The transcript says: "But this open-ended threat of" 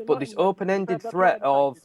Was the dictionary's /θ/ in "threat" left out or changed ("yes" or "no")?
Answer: no